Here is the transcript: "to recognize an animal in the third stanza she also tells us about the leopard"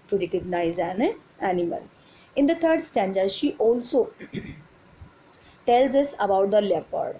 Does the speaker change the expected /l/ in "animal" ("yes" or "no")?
no